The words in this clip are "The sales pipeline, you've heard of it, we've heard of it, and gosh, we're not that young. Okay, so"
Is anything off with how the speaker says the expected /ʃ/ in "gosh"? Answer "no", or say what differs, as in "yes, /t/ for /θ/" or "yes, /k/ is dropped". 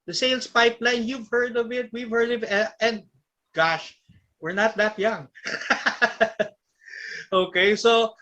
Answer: no